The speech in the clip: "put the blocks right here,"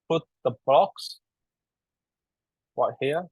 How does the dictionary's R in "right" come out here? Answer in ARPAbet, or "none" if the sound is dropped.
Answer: W